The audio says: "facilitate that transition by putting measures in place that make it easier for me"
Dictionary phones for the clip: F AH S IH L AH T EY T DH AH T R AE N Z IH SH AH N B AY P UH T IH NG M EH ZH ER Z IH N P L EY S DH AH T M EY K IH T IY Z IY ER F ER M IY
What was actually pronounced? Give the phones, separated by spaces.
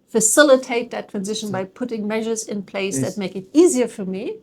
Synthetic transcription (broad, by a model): F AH S IH L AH T EY T DH AH T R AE N Z IH SH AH N B AY P UH T IH NG M EH ZH ER Z IH N P L EY S DH AH T M EY K IH T IY Z IY ER F ER M IY